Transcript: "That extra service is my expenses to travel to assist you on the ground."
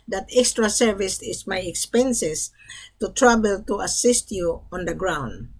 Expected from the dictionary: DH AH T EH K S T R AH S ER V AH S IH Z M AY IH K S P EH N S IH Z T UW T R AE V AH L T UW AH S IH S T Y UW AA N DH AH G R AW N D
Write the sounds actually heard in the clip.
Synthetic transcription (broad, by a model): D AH T EH K S T R AH S ER V AH S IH S M AY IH K S P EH N S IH S T UW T R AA B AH L T UW AH S IH S T Y UW AA N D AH G R AW N D